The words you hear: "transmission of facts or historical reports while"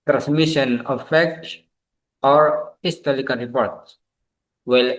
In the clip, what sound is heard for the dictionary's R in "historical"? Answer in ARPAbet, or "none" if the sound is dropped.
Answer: L